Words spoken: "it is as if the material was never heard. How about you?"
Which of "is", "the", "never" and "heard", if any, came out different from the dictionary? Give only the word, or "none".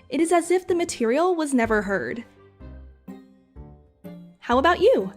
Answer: none